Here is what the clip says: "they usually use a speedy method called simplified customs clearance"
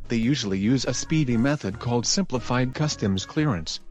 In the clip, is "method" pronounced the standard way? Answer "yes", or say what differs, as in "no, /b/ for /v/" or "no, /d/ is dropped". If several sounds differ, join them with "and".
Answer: yes